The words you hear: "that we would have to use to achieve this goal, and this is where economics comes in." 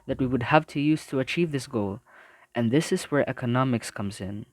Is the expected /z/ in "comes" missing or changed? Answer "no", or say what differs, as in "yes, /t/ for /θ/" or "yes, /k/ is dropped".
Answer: no